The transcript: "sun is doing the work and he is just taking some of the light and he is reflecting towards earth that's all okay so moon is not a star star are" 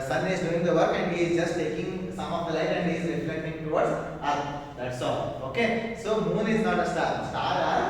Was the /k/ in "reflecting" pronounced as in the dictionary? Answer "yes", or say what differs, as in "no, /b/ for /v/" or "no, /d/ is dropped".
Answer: no, /k/ is dropped